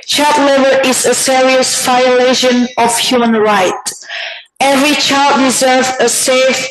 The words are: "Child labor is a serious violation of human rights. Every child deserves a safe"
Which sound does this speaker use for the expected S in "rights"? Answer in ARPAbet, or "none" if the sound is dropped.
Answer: none